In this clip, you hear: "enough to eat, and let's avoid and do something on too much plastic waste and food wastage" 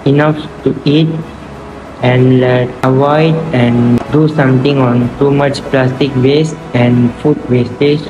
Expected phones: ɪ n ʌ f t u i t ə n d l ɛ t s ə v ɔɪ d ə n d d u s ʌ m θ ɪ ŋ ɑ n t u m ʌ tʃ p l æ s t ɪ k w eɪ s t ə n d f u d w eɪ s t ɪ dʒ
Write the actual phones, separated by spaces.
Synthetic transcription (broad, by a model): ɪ n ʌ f t u i t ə n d l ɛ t ə v ɔɪ d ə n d d u s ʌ m t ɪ ŋ ɑ n t u m ʌ tʃ p l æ s t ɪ k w eɪ s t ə n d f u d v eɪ s t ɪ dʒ